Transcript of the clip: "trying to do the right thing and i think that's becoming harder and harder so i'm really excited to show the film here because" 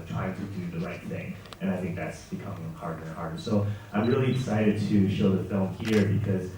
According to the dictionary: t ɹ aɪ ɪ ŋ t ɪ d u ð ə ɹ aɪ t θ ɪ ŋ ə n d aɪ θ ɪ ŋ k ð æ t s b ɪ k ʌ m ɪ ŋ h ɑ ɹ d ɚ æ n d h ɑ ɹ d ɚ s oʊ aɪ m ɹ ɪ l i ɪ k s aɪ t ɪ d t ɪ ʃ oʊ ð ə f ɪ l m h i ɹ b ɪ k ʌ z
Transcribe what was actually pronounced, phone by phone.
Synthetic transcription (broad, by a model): t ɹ aɪ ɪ ŋ t ɪ d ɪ ð ə ɹ aɪ t θ ɪ ŋ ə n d aɪ θ ɪ ŋ k ð æ t s b ɪ k ʌ m ɪ ŋ h ɑ ɹ d ɚ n h ɑ ɹ d ɚ s oʊ aɪ m ɹ ɪ l i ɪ s aɪ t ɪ d t ɪ ʃ oʊ ð ə f ɪ l m h i ɹ b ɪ k ʌ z